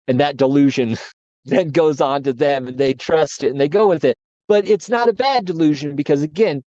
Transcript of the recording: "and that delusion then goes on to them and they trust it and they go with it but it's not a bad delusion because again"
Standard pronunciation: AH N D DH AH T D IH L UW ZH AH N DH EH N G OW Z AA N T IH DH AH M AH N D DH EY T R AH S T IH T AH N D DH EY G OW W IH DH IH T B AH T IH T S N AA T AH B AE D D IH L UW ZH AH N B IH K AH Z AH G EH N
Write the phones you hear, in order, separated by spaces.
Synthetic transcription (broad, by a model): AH N DH AH T D IH L UW ZH AH N DH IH N G OW Z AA N T IH DH AH M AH N DH EY T R AH S T IH T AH N DH EY G OW W IH DH IH T B AH T IH T S N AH T AH B AE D D IH L UW ZH AH N B IH K AH Z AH G EH N